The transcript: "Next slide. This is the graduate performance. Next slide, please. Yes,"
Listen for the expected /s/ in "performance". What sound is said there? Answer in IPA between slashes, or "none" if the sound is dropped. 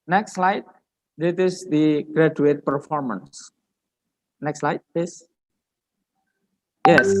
/s/